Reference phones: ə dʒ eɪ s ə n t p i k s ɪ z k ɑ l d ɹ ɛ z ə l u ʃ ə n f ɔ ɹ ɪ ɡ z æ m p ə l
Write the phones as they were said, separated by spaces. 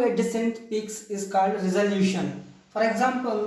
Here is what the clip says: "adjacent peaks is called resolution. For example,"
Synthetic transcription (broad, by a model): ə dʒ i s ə n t p i k s ɪ z k ɑ l d ɹ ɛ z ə l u ʃ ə n f ɔ ɹ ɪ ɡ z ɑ m p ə l